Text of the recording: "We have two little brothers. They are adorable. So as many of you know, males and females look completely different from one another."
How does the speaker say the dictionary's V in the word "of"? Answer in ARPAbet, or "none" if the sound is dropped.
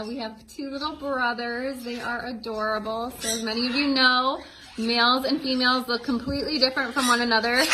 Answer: V